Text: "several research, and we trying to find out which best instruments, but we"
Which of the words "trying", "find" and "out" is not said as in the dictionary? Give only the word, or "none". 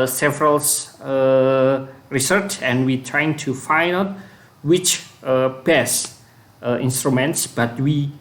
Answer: find